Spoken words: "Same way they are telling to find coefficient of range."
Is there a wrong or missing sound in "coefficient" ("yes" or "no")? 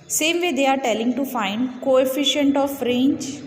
no